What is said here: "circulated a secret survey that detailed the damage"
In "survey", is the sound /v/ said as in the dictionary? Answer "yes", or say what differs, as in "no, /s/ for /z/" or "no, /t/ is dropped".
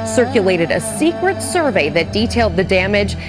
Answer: yes